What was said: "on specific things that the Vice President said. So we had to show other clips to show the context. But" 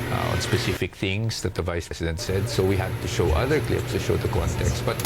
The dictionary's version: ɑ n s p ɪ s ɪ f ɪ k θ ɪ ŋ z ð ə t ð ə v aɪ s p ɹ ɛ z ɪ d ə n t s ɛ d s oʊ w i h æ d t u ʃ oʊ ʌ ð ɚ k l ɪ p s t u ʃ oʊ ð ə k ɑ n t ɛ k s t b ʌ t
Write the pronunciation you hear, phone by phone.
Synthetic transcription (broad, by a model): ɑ n s p ɪ s ɪ f ɪ k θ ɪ ŋ s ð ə t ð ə v aɪ s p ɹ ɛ s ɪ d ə n t s ɛ d s oʊ w i h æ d t u ʃ oʊ ʌ ð ɚ k l ɪ p s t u ʃ oʊ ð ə k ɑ n t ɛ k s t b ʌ t